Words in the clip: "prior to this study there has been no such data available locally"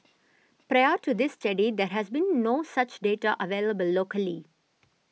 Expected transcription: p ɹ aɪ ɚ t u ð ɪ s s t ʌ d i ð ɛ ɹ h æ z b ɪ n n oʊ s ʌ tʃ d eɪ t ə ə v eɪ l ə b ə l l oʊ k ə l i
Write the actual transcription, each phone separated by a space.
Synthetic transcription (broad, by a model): p ɹ aɪ ɚ t u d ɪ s s t ʌ d i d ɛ ɹ h æ z b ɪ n n oʊ s ʌ tʃ d eɪ t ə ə v eɪ l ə b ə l l oʊ k ə l i